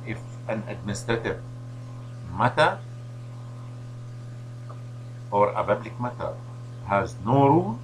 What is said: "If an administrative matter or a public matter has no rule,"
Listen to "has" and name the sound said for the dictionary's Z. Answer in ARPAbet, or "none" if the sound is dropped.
Z